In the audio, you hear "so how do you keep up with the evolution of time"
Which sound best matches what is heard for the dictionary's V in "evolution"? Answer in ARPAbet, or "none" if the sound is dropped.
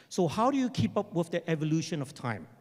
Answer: V